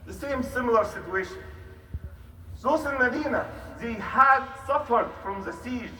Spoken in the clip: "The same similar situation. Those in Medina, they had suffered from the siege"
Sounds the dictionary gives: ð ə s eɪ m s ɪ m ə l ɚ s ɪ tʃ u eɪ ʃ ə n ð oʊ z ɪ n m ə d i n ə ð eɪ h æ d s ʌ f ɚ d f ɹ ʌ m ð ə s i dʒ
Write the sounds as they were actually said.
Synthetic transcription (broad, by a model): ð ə s eɪ m s ɪ m ə l ɚ s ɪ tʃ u eɪ ʃ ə n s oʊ s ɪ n m ə d i n ə ð eɪ h æ d s ʌ f ɚ d f ɹ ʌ m ð ə s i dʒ